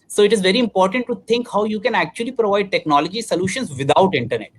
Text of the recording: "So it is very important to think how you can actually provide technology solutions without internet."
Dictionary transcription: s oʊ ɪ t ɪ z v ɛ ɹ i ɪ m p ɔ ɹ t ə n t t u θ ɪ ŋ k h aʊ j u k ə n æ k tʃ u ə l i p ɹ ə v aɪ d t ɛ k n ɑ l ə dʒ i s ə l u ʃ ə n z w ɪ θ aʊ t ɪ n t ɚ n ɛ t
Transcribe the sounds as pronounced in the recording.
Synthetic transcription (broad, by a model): s oʊ ɪ t ɪ z v ɛ ɹ i ɪ m p ɔ ɹ t ə n t t u t ɪ ŋ k h aʊ j u k ə n æ k tʃ u ə l i p ɹ ə v aɪ d t ɛ k n ɑ l ə dʒ i s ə l u ʃ ə n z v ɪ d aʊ t ɪ n t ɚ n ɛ t